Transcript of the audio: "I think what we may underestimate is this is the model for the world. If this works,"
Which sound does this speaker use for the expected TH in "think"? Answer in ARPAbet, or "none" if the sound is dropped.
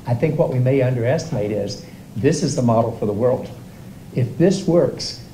TH